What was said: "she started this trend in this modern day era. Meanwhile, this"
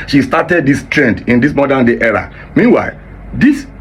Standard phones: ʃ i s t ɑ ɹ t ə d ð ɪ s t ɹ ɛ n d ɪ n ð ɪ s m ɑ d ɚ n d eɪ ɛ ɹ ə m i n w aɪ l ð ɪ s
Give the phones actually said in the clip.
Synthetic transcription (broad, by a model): ʃ i s t ɑ t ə d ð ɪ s t ɹ ɛ n d ɪ n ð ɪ s m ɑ d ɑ n d eɪ ɛ ɹ ə m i n w aɪ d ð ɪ s